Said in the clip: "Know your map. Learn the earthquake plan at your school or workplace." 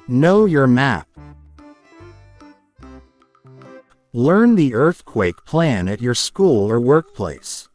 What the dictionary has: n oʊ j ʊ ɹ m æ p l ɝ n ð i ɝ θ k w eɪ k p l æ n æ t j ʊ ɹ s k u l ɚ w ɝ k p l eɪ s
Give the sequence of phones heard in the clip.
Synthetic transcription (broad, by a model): n oʊ j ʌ ɹ m æ p l ɝ n ð i ɝ θ k w eɪ k p l æ n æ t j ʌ ɹ s k u l ɚ w ɝ k p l eɪ s